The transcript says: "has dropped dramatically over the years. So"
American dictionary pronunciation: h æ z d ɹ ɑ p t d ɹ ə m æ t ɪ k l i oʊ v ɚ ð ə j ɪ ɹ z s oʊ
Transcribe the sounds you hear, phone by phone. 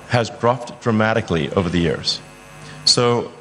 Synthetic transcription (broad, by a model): h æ z d ɹ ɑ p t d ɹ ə m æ t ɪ k l i oʊ v ɚ ð ə j ɪ ɹ z s oʊ